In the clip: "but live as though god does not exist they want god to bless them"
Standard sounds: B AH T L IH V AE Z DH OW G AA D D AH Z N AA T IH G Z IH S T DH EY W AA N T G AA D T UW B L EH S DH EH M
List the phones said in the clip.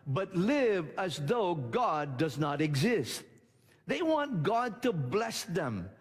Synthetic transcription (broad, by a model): B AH T L IH V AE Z DH OW G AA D D AH Z N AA T IH G Z IH S T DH EY W AA N T G AA D T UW B L EH S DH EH M